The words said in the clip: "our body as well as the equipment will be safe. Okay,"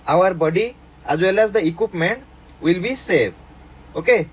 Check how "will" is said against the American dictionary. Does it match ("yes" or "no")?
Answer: yes